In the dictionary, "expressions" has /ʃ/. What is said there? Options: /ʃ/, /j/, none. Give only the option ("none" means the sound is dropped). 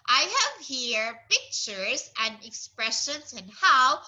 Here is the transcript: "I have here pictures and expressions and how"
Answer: /ʃ/